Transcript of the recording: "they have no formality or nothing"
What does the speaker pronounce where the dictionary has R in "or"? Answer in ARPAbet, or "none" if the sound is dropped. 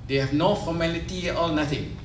L